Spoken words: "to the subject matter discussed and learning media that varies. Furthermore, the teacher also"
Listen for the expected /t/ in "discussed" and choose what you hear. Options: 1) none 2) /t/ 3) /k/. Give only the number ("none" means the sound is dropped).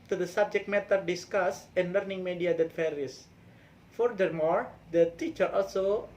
1